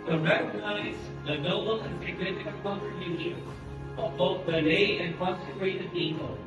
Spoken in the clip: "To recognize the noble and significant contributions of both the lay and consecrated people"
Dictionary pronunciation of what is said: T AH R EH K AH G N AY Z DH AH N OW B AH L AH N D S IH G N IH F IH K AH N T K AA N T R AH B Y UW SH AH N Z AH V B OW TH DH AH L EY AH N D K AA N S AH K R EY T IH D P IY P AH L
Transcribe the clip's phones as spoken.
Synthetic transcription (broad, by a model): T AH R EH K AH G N AY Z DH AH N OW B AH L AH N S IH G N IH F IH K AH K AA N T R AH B Y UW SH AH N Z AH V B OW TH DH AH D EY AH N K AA S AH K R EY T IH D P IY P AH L